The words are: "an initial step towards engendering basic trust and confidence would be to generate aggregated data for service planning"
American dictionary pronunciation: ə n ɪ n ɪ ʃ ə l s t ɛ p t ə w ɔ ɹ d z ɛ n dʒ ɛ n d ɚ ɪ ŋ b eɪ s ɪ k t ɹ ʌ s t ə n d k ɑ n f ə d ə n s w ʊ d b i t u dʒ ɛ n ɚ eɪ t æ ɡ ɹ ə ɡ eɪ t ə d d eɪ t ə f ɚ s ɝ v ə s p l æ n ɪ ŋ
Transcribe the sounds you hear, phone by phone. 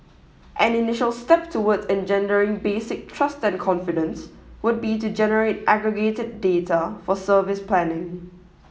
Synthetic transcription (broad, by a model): ə n ɪ n ɪ ʃ ə l s t ɛ p t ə w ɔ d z ɛ n dʒ ɛ n d ɚ ɪ ŋ b eɪ s ɪ k t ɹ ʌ s t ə n k ɑ n f ə d ə n s w ʊ d b i t u dʒ ɛ n ɚ eɪ t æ ɡ ɹ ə ɡ eɪ t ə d d eɪ t ə f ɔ s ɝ v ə s p l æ n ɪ ŋ